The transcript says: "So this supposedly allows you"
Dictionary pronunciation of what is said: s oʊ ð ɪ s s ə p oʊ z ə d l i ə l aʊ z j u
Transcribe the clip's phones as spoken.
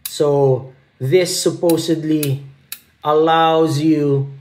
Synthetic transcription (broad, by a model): s oʊ ð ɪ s s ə p oʊ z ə d l i ə l aʊ z j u